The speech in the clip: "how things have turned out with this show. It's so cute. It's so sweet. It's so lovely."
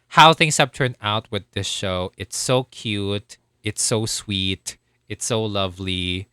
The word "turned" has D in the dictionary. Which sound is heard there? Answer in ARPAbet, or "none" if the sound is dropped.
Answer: none